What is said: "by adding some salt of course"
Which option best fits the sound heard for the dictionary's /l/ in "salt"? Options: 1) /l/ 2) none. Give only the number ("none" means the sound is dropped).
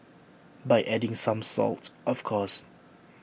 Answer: 1